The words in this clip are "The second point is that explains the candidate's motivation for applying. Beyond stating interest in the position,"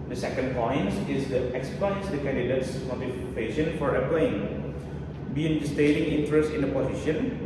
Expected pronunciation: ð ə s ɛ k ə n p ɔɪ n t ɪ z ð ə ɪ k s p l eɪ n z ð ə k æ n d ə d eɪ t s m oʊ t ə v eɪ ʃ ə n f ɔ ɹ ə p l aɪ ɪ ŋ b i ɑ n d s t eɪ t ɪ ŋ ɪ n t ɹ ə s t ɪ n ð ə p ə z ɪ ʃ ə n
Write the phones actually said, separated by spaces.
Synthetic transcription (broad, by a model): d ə s ɛ k ə n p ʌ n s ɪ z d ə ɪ k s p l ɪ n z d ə k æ n d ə d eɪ t s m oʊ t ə f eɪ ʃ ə n f ɔ ɹ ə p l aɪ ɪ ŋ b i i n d s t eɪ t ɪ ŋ ɪ n t ɹ ə s t ɪ n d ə p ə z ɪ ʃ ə n